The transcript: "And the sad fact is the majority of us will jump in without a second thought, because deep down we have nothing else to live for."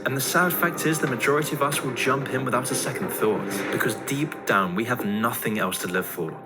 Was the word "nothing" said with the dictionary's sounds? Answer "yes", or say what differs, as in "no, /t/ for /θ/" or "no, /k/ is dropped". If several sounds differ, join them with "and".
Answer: yes